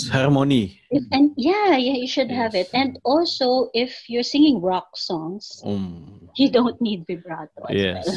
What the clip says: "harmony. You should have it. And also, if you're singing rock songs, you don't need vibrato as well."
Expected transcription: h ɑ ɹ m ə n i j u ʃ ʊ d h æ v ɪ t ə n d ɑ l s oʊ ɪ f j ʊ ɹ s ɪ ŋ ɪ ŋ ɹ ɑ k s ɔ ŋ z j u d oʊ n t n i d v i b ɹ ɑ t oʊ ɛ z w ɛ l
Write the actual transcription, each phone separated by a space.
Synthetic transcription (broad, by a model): h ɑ ɹ m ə n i j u ʃ ʊ d h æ v ɪ t ə n d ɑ l s oʊ ɪ f j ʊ ɹ s ɪ ŋ ɪ ŋ ɹ ɑ k s ɔ ŋ s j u d oʊ n t n i d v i b ɹ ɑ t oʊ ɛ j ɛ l